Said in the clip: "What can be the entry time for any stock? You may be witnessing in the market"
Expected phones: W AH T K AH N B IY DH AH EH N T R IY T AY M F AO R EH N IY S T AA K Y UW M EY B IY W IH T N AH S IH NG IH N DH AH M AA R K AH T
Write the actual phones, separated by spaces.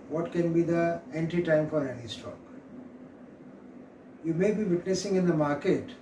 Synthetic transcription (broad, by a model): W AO T K AH N B IY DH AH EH N T IY T AY M F AO R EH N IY S T AA K Y UW M EY B IY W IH T N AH S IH NG IH N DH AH M AA R K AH T